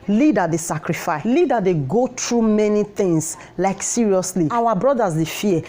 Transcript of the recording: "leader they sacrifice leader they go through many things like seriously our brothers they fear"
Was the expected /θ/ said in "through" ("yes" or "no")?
no